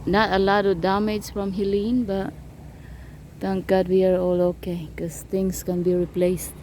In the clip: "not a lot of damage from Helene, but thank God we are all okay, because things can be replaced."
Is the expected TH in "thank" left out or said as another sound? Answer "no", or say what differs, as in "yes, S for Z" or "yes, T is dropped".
yes, T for TH